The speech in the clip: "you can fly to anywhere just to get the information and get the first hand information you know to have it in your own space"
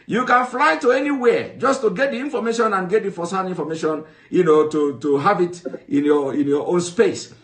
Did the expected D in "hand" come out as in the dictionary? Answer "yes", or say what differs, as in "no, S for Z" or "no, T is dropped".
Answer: no, D is dropped